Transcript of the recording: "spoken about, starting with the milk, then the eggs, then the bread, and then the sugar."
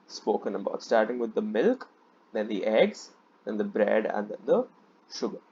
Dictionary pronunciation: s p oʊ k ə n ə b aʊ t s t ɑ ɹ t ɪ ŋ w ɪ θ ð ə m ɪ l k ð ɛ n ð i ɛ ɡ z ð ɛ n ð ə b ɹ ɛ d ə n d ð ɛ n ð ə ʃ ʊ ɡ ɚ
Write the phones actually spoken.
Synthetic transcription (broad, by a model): s p oʊ k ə n ə b aʊ t s t ɑ ɹ t ɪ ŋ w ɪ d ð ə m ɪ l k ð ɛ n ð i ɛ ɡ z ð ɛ n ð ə b ɹ ɛ d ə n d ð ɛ n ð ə ʃ ʊ ɡ ɚ